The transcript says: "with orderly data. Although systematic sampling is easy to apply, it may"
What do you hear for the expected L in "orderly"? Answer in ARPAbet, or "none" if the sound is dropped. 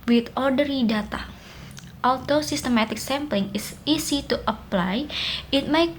none